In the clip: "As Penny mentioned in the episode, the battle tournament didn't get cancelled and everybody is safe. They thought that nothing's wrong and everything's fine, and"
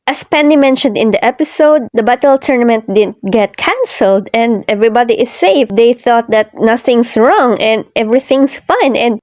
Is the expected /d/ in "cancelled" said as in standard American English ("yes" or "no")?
yes